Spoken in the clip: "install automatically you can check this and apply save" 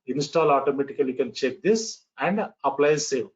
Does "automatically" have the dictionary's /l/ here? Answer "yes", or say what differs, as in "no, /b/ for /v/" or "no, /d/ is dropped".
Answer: no, /l/ is dropped